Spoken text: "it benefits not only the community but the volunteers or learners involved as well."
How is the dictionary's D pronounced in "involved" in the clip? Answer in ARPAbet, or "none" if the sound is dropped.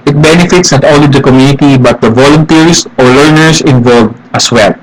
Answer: none